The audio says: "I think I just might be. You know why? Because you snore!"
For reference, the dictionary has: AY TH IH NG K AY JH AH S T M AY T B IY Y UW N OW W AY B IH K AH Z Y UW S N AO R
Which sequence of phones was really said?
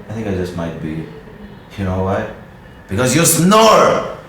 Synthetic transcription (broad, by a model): AY TH IH NG K AY JH AH S T M AY T B IY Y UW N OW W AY B IH K AH Z Y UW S N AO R